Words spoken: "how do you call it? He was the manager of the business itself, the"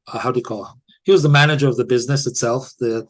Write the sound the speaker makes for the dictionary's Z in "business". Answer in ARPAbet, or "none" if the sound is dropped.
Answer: Z